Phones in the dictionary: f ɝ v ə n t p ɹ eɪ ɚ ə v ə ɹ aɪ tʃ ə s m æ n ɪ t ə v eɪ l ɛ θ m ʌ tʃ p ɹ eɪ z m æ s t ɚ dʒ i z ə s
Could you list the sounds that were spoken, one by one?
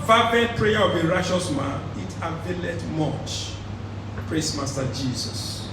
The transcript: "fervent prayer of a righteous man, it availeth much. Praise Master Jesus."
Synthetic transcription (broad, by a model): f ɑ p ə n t p ɹ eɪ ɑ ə b ə ɹ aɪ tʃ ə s m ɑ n ɪ t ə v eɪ l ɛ t m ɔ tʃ p ɹ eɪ s m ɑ s t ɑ dʒ i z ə s